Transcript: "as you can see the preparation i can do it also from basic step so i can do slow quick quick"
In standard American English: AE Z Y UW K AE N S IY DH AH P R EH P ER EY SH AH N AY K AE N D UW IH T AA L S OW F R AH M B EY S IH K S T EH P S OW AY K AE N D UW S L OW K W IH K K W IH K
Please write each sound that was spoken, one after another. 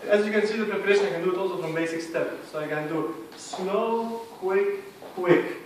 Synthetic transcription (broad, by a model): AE Z Y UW K AE N S IY DH AH P R EH P ER EY SH AH N AY K AE N D UW IH T AA L S OW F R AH M B EY S IH K S T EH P S OW AY K AE N D UW S N OW K W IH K K W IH K